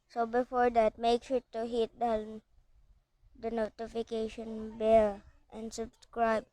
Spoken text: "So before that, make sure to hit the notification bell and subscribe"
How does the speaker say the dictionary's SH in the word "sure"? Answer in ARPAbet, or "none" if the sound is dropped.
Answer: S